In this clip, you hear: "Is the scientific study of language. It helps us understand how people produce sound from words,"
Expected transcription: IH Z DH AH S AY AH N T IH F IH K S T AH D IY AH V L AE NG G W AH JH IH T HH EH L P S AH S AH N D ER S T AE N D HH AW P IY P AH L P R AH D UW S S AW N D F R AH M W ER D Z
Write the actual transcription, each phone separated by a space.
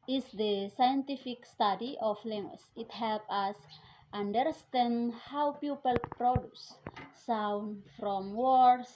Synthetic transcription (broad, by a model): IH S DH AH S AY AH N T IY F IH K S T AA D IY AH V L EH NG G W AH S IH T HH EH L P AA S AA N D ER S T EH N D HH AW P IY P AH L P R AH D UW S S AW N D F R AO M W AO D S